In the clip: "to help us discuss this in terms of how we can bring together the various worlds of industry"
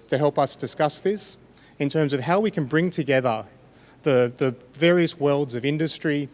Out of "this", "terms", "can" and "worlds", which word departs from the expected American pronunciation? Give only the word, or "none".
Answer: none